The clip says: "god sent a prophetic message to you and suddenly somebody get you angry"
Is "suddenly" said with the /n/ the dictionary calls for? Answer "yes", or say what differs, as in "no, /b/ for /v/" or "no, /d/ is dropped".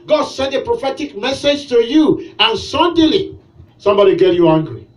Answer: no, /n/ is dropped